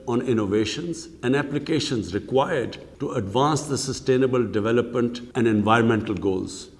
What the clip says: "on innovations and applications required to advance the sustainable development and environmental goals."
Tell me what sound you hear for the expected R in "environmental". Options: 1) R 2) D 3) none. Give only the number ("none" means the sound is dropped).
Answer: 1